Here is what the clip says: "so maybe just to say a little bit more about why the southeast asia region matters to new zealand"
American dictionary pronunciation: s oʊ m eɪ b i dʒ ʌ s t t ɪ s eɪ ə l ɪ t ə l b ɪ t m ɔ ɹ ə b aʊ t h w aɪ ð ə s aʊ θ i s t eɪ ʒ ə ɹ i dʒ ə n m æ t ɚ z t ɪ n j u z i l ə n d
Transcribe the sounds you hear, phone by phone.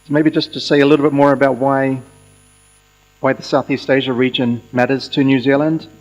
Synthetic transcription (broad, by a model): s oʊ m eɪ b i dʒ ʌ s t t ɪ s eɪ ə l ɪ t l b ɪ t m ɔ ɹ ə b aʊ t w w aɪ ð ə s aʊ θ i s t eɪ ʒ ə ɹ i dʒ ə n m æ t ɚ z t ɪ n j u z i l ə n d